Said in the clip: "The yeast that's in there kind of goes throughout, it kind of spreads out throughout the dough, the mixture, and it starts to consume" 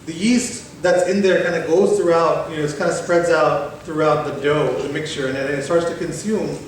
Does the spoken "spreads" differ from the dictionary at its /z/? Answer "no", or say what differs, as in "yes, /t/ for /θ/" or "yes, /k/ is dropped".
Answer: no